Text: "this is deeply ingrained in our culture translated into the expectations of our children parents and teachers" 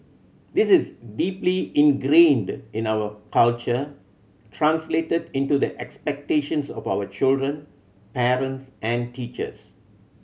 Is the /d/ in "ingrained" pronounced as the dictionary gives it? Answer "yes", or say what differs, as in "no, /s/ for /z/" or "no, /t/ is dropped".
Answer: yes